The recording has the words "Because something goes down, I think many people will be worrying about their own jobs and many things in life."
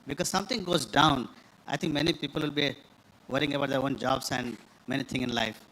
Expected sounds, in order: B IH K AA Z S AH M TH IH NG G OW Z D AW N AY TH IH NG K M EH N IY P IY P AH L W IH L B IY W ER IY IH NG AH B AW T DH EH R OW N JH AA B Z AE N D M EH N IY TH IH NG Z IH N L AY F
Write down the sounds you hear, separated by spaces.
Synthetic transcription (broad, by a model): B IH K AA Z S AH M T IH NG G OW Z D AW N AY T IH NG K M EH N IY P IY P AH L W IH L B IY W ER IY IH NG AH B AW T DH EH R OW N JH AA B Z AE N D M EH N IY T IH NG IH N L AY F